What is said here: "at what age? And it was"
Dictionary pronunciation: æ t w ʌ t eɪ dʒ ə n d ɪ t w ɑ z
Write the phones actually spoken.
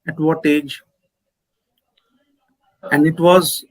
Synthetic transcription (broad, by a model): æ t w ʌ t eɪ dʒ ə n d ɪ t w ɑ z